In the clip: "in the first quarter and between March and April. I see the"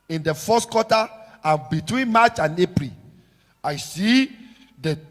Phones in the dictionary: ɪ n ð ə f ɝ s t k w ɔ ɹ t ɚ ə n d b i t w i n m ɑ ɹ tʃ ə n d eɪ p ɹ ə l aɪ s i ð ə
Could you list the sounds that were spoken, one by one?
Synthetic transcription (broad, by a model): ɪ n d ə f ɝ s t k w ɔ t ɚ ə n b i t w i n m ɑ tʃ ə n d eɪ p ɹ ə l aɪ s i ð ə